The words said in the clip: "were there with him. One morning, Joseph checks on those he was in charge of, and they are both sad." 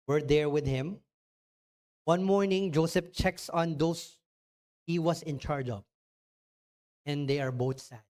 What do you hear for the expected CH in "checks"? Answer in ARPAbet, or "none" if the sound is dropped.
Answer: CH